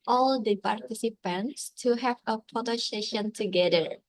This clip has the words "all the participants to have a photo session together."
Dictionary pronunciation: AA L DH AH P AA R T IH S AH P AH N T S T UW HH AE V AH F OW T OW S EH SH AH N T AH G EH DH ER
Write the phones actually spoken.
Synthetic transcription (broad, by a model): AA L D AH P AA R T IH S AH P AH N T S T UW HH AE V AH P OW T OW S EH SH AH N T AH G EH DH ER